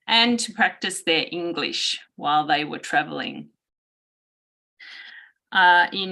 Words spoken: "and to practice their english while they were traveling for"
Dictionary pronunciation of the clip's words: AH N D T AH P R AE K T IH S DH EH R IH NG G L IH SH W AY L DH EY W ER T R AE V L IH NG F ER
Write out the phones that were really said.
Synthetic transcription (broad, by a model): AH N T AH P R AE K T IH S DH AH R IH NG G L IH SH W AY L DH EY W ER T R AE V L IH NG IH